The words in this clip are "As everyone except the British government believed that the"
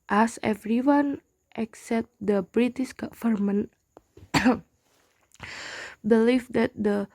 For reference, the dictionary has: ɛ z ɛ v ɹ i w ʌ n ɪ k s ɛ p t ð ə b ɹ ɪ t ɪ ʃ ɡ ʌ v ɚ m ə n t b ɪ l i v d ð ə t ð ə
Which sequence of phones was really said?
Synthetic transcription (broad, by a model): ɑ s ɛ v ɹ i w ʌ n ɪ k s ɛ p t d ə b ɹ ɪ t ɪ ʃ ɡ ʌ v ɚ m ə n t b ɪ l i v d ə t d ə